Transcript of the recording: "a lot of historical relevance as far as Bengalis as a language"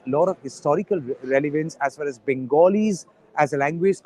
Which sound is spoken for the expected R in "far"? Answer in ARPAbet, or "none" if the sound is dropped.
L